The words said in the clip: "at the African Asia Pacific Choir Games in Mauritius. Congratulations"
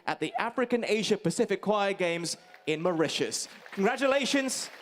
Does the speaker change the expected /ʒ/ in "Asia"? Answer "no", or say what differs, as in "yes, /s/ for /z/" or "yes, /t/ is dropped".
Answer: no